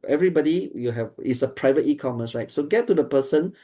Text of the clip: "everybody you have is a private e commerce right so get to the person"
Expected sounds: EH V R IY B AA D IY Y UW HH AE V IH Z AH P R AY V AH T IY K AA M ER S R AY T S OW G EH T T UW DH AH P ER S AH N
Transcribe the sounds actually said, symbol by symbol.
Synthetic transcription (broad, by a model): EH V R IY B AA D IY Y UW HH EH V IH S AH P R AY V AH T IY K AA M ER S R AY T S OW G EH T T UW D AH P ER S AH N